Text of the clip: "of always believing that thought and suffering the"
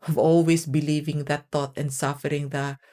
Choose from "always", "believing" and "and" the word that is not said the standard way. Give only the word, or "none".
always